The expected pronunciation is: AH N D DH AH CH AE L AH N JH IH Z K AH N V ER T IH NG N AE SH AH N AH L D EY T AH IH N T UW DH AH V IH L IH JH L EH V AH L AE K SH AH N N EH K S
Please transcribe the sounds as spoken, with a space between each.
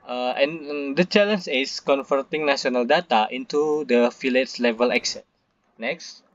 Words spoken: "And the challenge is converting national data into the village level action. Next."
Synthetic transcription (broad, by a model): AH N D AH CH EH L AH N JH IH S K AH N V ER T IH NG N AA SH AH N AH L D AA T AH IH N T UW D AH F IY L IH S L EH V AH L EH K S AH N N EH K S